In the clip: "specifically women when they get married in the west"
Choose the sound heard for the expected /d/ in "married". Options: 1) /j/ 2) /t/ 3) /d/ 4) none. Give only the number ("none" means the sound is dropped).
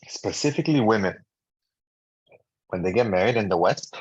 3